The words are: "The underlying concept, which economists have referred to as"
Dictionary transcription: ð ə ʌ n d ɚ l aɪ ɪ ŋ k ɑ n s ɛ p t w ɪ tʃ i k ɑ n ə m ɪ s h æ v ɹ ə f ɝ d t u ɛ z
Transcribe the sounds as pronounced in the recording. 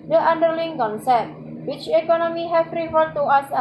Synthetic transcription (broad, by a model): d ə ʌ n d ɚ l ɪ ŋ k ɑ n s ɛ p t w ɪ tʃ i k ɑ n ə m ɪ h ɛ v ɹ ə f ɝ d t u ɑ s